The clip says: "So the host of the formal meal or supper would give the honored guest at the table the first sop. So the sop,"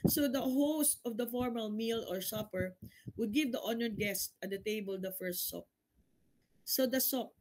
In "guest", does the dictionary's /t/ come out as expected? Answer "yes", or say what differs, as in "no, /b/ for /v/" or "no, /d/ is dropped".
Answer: yes